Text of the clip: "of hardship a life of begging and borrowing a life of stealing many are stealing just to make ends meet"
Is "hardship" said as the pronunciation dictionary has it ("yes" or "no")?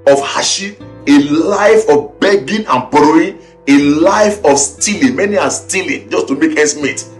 no